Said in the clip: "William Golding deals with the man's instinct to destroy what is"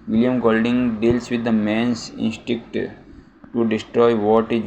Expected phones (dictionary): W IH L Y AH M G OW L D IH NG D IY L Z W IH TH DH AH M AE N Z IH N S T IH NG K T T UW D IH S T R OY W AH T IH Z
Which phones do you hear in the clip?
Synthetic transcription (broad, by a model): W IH L Y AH M G OW L D IH NG D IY L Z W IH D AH M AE N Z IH N S T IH K T T UW D IH S T R OY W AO T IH